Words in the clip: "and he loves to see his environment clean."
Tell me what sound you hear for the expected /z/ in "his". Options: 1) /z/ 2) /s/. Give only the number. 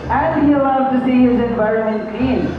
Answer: 1